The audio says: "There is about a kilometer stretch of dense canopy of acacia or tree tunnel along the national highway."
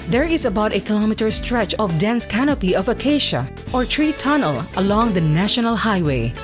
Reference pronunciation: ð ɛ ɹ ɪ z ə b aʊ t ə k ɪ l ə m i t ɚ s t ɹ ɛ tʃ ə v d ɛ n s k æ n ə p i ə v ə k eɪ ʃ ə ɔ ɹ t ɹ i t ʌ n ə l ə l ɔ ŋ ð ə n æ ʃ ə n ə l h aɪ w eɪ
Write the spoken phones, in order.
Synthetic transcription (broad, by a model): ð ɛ ɹ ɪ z ə b aʊ t ə k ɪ l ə m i t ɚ s t ɹ ɛ tʃ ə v d ɛ n s k æ n ə p i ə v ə k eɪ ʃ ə ɔ ɹ t ɹ i t ʌ n ə l ə l ɔ ŋ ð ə n æ ʃ ə n ə l h aɪ w eɪ